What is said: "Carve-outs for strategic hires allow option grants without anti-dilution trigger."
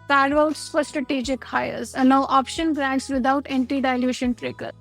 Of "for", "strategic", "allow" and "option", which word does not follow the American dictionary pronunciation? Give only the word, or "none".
allow